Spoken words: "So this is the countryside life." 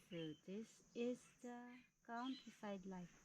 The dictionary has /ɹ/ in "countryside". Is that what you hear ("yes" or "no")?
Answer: no